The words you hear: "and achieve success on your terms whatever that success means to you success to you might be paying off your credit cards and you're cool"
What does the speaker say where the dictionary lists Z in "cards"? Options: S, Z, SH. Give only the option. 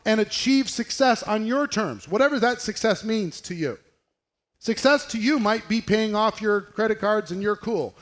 Z